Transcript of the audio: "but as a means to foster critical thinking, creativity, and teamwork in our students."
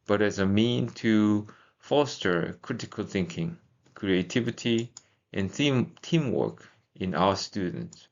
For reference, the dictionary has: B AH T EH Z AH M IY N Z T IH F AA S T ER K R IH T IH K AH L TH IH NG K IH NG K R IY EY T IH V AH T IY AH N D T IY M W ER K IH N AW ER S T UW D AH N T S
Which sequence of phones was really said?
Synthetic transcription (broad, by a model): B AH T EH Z AH M IY N T IH F AA S T ER K R IH T IH K AH L TH IH NG K IH NG K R IY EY T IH V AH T IY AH N T IY M W ER K IH N AW ER S T UW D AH N T S